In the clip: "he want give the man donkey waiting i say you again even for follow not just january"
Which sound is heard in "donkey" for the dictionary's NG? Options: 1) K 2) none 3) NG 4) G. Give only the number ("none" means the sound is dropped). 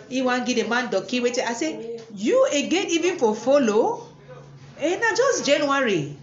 2